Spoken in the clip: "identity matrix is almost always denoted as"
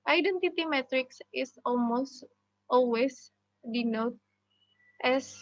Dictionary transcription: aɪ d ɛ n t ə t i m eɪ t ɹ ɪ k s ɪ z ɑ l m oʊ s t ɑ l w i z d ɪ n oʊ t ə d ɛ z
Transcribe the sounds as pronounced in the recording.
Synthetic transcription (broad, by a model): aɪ d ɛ n t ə t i m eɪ t ɹ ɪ k s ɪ s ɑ l m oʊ s t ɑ l w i s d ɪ n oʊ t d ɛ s